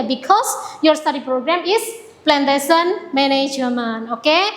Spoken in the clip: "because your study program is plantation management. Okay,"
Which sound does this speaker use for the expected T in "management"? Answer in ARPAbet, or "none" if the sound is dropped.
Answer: none